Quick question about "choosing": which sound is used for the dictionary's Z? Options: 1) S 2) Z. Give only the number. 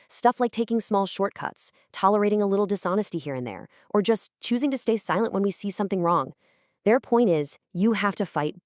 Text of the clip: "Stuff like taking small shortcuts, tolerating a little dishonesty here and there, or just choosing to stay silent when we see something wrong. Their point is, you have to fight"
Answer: 2